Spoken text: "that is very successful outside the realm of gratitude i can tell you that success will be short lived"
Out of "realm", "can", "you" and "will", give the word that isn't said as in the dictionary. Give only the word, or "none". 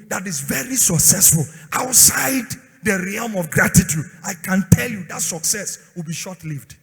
none